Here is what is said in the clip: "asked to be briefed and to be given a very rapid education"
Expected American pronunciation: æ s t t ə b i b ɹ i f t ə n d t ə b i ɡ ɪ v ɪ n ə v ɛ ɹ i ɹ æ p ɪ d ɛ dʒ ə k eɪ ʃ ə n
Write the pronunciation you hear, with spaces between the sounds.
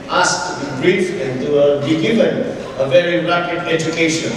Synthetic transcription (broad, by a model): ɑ s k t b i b ɹ i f ə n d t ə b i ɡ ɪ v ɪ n ə v ɛ ɹ i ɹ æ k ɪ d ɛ dʒ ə k eɪ ʃ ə n